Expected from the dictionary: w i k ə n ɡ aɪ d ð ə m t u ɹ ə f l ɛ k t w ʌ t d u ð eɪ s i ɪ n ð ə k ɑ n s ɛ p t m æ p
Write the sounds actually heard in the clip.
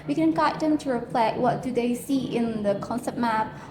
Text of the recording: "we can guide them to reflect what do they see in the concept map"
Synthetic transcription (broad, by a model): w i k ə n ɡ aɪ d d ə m t u ɹ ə p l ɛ t w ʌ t d u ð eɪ s i ɪ n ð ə k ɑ n s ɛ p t m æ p